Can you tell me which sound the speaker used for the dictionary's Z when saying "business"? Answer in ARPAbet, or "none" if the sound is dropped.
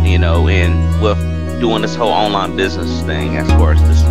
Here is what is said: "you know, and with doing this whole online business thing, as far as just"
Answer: Z